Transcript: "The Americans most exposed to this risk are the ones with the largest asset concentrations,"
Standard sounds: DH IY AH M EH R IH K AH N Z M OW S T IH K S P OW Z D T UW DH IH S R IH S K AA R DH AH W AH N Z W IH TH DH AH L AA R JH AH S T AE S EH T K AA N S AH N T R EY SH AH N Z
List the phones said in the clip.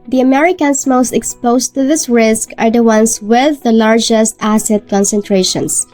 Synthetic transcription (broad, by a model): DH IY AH M EH R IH K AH N S M OW S T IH K S P OW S T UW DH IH S R IH S K AA R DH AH W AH N S W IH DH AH L AA R JH AH S T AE S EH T K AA N S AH N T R EY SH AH N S